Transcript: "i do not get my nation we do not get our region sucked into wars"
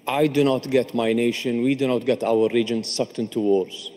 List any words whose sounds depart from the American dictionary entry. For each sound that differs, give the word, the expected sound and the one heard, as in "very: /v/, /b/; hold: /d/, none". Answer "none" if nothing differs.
none